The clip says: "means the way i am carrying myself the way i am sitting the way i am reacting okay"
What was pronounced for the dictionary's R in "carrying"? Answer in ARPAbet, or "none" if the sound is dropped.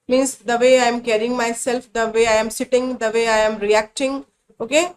R